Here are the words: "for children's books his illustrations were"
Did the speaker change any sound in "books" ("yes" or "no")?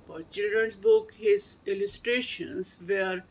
yes